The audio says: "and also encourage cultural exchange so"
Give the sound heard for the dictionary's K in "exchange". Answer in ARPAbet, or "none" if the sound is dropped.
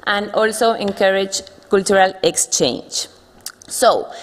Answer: K